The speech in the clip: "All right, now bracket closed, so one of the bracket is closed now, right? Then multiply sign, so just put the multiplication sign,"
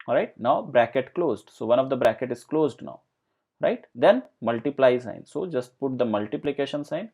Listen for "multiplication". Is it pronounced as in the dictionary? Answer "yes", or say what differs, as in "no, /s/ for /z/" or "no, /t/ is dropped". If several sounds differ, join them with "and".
yes